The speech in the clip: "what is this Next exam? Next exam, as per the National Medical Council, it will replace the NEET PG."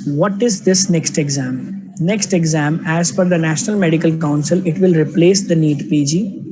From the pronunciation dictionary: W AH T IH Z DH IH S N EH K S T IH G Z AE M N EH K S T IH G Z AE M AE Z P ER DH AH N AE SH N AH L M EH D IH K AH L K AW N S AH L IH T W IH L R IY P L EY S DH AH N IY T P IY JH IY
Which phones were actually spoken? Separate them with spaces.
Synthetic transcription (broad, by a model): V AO T IH Z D IH S N EH K S T IH G Z AE M N EH K S T IH G Z AE M AE Z F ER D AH N AE SH N AH L M EH D IH K AH L K AW N S AH L IH T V IH L R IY P L EY S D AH N IY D P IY JH IY